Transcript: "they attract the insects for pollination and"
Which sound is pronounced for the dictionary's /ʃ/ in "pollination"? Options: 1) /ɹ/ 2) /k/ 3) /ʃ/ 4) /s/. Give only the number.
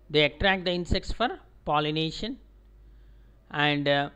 3